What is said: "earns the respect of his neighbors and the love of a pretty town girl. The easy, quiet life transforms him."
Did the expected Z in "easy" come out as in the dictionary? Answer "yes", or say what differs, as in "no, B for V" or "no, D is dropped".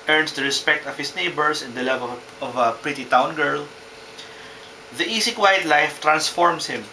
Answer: no, S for Z